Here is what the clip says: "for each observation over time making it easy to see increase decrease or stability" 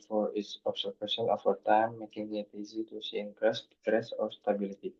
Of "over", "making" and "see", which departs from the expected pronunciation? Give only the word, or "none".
over